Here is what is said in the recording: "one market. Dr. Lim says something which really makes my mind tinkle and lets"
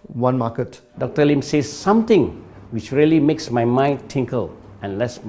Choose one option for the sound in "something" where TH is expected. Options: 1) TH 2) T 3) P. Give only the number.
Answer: 2